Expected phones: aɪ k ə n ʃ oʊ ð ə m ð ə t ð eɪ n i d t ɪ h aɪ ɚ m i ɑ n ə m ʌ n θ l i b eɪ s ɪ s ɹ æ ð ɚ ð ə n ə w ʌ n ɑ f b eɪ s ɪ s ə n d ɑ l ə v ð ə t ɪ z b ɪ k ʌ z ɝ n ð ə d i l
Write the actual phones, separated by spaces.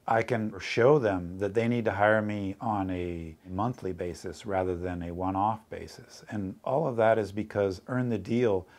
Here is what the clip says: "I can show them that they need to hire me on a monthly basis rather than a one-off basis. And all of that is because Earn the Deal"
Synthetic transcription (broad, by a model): aɪ k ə n ʃ oʊ ð ə m ð ə t ð eɪ n i d t ɪ h aɪ ɚ m i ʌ n ə m ʌ n θ l i b eɪ s ɪ s ɹ æ ð ɚ ð ə n ə w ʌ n ɑ f b eɪ s ɪ s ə n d ɑ l ə v ð ə t ɪ z b ɪ k ʌ z ɝ n ð ə d i l